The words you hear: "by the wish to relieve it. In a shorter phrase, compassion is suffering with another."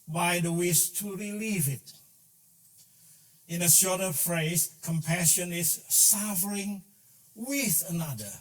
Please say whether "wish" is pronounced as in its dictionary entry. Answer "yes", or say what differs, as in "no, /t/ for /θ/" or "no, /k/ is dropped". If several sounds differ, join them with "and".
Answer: no, /s/ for /ʃ/